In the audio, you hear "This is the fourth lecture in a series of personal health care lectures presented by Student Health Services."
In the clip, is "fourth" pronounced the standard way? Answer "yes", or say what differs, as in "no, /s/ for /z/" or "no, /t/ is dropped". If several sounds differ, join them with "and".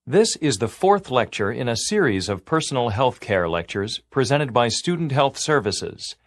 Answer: yes